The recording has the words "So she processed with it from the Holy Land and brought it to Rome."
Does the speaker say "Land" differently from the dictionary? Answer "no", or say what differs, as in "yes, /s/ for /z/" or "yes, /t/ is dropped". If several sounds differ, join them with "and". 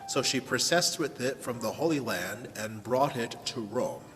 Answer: no